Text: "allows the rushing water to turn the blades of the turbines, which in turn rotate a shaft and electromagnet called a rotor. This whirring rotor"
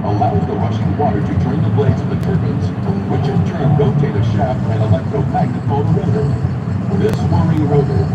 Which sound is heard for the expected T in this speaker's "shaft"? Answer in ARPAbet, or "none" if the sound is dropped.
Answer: none